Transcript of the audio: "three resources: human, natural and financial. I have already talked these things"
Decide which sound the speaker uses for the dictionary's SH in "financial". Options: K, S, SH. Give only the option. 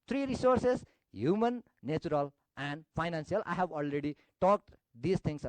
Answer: S